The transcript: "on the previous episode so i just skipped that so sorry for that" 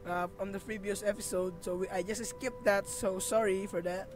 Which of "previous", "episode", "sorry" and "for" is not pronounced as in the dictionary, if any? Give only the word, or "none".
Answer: previous